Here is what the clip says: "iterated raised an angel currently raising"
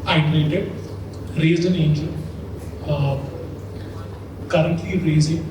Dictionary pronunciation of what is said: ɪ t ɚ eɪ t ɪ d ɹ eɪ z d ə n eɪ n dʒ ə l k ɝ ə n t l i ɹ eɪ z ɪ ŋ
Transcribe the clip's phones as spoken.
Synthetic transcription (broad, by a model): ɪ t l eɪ t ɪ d ɹ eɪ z ə n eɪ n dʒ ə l k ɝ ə n t l i ɹ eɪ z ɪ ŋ